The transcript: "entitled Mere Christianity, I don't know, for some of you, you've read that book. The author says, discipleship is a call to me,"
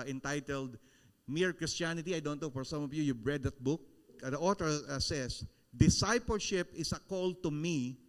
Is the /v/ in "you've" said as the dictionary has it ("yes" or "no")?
no